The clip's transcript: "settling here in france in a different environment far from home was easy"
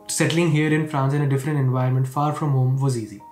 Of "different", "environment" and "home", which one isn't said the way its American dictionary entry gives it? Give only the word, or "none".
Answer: environment